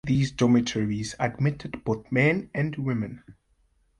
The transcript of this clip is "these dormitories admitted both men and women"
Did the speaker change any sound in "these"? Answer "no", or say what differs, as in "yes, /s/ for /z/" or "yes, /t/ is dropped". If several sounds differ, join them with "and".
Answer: no